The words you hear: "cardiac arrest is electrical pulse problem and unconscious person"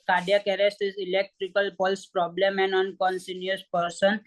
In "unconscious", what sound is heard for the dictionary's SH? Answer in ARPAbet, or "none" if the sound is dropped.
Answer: S